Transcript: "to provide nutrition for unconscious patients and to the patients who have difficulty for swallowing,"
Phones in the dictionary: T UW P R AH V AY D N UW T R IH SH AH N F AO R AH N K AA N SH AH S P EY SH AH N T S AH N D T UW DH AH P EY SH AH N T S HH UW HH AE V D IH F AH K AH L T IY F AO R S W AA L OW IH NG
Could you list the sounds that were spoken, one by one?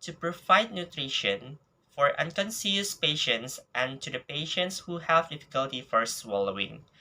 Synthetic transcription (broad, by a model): T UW P R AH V AY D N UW T R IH SH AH N F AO R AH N K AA N S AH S P EY SH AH N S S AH N T UW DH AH P EY SH AH N T S HH UW HH AE V D IH F AH K AH L T IY F AO R S W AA L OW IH NG